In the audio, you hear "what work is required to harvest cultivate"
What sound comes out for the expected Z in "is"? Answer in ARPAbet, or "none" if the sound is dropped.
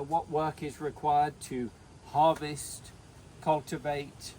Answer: Z